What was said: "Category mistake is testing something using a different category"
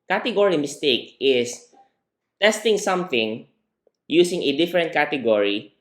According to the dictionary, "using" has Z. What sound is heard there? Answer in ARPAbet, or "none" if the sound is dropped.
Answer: S